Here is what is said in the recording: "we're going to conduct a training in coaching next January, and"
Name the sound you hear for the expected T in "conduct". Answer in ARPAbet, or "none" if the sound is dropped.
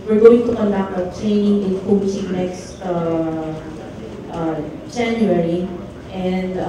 none